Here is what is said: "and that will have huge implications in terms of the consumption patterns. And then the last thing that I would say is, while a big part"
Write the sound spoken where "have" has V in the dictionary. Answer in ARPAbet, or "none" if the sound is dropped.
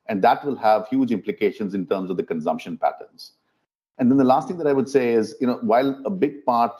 V